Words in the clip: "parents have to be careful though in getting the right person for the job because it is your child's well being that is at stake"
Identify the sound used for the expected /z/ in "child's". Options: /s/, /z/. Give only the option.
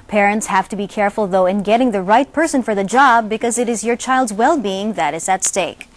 /z/